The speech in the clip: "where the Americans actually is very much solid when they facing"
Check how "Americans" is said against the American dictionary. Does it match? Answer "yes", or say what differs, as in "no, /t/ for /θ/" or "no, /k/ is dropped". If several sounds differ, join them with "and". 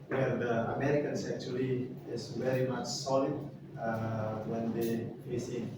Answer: no, /s/ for /z/